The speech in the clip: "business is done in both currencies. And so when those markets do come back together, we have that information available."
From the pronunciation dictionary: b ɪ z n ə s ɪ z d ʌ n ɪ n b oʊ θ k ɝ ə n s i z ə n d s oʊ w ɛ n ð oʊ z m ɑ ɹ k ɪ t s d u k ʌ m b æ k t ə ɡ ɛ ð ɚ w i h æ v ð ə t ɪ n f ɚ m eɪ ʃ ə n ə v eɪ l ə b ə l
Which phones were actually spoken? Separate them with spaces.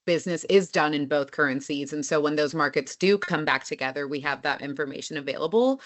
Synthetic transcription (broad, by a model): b ɪ z n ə s ɪ z d ʌ n ɪ n b oʊ θ k ɝ ə n s i z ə n s oʊ w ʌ n ð oʊ z m ɑ ɹ k ɪ t s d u k ʌ m b æ k t ə ɡ ɛ ð ɚ w i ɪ v ð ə t ɪ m f ɚ m eɪ ʃ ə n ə v eɪ l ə b l